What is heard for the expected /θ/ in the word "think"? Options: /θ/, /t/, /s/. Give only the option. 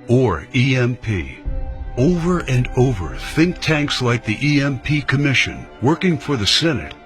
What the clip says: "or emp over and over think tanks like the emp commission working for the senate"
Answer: /θ/